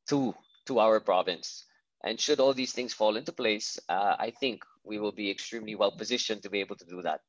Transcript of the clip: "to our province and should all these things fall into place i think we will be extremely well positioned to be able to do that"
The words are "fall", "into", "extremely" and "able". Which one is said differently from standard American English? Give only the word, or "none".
none